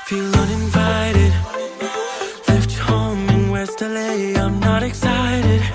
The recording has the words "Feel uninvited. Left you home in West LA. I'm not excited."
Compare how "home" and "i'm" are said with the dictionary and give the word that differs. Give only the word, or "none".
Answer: home